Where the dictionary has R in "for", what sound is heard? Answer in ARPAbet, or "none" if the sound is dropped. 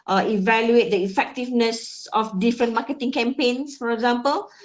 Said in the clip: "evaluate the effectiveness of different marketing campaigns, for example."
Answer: R